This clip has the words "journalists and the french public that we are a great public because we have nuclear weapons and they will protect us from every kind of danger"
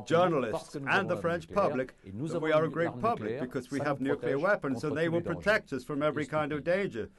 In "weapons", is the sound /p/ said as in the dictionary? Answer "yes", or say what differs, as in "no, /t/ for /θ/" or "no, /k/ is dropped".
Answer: yes